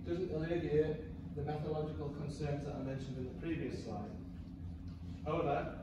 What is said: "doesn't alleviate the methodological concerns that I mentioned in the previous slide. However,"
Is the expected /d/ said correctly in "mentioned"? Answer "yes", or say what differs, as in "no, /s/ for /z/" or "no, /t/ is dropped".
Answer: yes